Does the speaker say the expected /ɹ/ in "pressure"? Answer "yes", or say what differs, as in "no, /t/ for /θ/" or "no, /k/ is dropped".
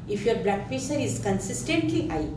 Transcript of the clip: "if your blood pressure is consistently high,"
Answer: no, /ɹ/ is dropped